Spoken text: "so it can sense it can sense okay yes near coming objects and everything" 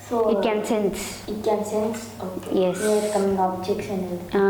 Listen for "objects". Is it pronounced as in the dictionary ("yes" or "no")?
no